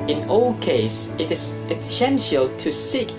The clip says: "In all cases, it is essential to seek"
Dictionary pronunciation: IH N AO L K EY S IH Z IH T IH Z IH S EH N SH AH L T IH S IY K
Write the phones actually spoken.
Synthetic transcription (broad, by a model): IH N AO L K EY IH S IH T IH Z IH S EH N SH AH L T IH S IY K